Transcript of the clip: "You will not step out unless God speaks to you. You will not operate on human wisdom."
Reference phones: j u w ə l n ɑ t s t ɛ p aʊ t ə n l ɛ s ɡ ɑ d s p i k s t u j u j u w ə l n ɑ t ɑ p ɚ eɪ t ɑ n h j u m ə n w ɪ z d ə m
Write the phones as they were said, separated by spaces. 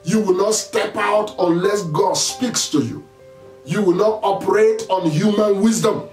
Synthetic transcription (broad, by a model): j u w ə l n ɑ t s t ɛ p aʊ t ə n l ɛ s ɡ ɑ d s p i k s t u j u j u w ə l n ɑ t ɑ p ɚ eɪ t ɑ n h j u m ə n w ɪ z d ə m